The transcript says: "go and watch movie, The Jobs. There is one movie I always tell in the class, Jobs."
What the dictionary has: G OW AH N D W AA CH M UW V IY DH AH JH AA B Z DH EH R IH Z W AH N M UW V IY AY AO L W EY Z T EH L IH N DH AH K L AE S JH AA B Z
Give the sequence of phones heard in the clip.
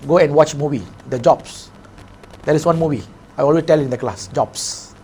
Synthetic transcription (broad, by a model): G OW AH N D W AA CH M UW V IY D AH JH AA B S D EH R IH S W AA N M UW V IY AY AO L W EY T EH L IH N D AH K L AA S JH AA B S